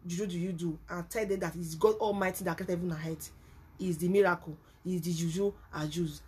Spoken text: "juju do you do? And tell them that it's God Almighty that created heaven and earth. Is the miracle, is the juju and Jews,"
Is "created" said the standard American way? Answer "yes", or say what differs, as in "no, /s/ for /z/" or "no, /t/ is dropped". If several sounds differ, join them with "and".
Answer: no, /ɹ/ is dropped